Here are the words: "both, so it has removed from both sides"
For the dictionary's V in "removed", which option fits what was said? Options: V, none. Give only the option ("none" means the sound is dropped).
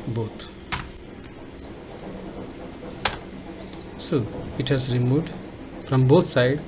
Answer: none